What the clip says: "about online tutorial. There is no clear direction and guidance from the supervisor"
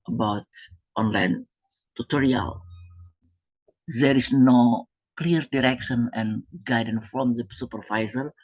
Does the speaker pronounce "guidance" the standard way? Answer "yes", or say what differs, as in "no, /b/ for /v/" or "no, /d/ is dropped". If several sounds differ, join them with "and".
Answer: no, /s/ is dropped